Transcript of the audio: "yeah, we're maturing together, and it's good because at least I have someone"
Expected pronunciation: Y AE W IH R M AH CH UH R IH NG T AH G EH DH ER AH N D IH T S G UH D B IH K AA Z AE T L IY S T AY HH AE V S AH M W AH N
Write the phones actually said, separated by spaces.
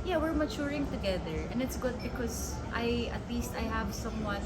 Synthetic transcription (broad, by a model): Y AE W IH R M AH CH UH R IH NG T AH G EH DH ER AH N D IH T S G UH D B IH K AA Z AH T L IY S T AY HH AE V S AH M W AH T